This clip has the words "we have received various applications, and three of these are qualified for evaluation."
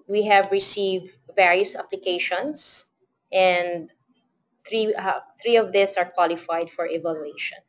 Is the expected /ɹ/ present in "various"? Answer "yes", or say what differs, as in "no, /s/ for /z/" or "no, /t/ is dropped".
yes